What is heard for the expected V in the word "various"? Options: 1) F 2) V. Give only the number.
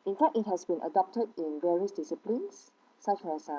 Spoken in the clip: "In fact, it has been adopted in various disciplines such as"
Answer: 2